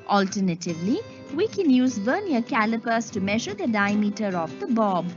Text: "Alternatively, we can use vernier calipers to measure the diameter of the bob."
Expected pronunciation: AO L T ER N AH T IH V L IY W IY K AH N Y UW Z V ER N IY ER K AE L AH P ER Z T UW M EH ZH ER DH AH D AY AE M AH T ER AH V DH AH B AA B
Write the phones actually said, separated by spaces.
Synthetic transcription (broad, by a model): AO L T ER N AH T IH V L IY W IY K AH N Y UW Z B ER N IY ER K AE L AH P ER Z T UW M EH ZH ER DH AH D AY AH M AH T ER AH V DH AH B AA B